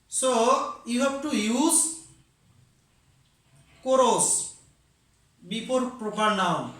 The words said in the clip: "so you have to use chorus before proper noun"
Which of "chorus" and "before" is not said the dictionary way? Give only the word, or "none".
before